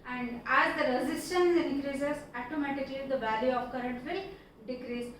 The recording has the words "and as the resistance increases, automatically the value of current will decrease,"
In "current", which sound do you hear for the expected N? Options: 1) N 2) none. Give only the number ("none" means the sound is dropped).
1